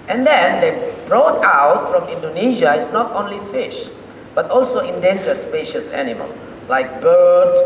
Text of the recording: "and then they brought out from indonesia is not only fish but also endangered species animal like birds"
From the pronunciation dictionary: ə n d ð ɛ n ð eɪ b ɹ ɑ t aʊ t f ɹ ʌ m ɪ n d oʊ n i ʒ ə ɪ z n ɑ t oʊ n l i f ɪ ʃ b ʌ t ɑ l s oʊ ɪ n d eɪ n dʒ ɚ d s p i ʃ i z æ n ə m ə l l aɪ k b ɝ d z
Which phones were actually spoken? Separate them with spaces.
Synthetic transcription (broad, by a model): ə n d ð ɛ n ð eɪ b ɹ ɑ t aʊ t f ɹ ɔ m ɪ n d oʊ n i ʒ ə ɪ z n ɑ t oʊ n l i f ɪ ʃ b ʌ t ɑ l s oʊ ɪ n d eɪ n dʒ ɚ s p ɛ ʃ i s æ n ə m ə l l aɪ k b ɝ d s